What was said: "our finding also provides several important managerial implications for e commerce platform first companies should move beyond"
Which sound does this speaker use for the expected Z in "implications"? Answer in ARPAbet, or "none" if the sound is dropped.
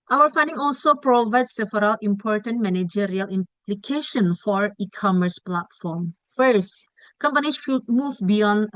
none